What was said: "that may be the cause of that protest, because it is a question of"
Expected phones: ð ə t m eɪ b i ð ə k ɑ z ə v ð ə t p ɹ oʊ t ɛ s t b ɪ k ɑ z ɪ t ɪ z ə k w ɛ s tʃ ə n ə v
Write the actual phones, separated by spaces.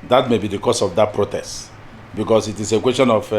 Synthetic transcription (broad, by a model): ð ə t m eɪ b i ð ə k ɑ s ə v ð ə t p ɹ oʊ t ɛ s t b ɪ k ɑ s ɪ t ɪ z ə k w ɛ s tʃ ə n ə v